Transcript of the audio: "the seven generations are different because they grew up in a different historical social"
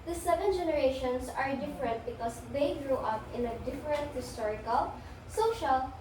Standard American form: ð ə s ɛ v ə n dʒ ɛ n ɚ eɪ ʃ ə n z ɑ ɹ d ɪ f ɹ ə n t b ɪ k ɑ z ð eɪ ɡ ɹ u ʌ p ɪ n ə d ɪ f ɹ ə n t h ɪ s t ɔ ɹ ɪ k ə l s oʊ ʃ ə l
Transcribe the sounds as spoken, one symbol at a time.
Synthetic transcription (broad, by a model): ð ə s ɛ v ə n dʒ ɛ n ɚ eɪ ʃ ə n s ɑ ɹ d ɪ f ɹ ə n t b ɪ k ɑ s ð eɪ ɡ ɹ u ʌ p ɪ n ə d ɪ f ɹ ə n t h ɪ s t ɔ ɹ ɪ k ə l s oʊ ʃ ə l